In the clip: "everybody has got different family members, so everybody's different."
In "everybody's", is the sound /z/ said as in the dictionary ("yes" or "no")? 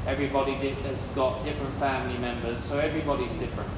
yes